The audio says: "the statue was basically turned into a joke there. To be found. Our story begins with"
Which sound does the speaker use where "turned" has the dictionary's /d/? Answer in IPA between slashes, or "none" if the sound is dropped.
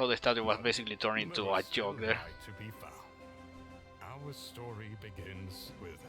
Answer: none